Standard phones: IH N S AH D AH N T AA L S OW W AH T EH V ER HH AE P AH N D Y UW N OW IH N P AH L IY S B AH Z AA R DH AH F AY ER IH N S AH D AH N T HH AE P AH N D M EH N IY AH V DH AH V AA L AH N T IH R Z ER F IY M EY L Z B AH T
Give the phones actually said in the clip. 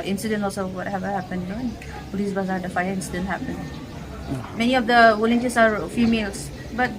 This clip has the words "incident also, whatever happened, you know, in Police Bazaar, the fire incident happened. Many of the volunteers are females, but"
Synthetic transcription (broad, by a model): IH N S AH D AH N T AA L S OW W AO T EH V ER HH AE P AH N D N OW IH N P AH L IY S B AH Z AA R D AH F AY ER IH N S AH D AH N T HH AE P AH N M EH N IY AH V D AH W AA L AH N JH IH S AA F IY M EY L S B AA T